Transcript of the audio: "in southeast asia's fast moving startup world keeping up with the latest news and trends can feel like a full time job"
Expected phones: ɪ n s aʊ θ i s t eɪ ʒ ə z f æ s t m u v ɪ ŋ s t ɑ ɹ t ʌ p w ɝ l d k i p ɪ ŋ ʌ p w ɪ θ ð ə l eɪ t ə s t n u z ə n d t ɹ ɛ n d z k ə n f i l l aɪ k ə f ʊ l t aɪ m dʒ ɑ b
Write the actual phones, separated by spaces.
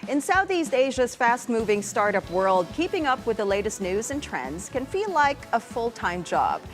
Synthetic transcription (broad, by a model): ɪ n s aʊ θ i s t eɪ ʒ ə z f æ s t m u v ɪ ŋ s t ɑ ɹ t ʌ p w ɝ l d k i p ɪ ŋ ʌ p w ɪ ð ə l eɪ t ə s t n u z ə n t ɹ ɛ n d z k ə n f i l l aɪ k ə f ʊ l t aɪ m dʒ ɑ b